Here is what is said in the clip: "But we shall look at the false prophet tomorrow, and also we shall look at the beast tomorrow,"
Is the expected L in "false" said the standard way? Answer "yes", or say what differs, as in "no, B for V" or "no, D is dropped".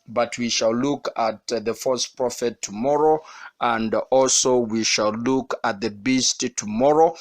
no, L is dropped